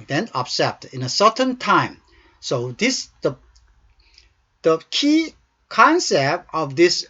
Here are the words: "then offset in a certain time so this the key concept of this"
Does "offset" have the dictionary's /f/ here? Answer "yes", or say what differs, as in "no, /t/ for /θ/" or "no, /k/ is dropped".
no, /p/ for /f/